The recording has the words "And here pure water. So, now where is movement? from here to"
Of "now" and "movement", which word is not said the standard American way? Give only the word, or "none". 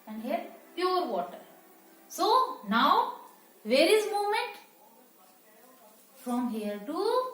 movement